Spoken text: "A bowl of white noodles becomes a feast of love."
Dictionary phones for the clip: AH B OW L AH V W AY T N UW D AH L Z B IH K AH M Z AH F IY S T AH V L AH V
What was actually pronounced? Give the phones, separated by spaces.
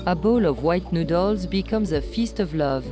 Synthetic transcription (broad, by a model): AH B OW L AH V W AY T N UW D AH L Z B IH K AH M Z AH F IY S T AH V L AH V